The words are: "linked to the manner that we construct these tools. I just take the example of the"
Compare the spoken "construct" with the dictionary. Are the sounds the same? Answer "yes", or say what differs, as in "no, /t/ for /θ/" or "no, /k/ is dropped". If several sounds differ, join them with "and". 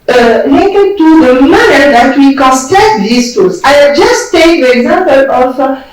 no, /ɹ/ is dropped